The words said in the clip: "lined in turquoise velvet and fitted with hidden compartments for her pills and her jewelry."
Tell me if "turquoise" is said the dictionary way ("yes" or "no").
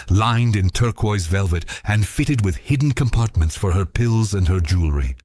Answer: yes